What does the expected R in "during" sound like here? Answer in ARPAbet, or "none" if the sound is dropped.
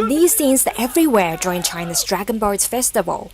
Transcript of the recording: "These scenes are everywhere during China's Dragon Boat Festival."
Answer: none